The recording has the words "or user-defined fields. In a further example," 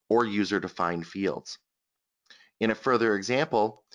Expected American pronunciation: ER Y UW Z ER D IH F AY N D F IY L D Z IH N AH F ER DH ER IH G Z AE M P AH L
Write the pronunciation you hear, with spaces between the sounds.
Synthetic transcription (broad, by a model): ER Y UW Z ER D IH F AY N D F IY L D Z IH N AH F ER DH ER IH G Z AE M P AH L